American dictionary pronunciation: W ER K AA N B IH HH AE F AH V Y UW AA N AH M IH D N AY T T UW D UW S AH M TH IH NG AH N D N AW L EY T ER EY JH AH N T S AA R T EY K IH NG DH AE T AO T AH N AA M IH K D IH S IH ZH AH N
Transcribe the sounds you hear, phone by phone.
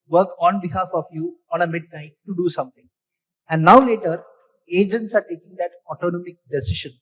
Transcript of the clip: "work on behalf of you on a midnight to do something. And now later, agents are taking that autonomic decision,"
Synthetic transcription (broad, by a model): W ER K AA N B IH HH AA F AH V Y UW AA N AH M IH D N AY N T UW D UW S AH M T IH NG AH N D N AW L EY T ER EY JH AH N T S AA R T EY K IH NG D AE T AO T AH N AA M IH K D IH S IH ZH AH N